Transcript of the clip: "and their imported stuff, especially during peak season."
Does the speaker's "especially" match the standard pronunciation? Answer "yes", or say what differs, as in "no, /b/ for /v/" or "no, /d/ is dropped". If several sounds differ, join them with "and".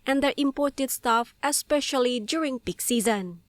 yes